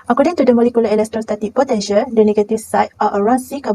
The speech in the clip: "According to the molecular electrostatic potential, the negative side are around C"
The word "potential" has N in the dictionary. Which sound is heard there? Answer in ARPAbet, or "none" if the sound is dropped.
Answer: none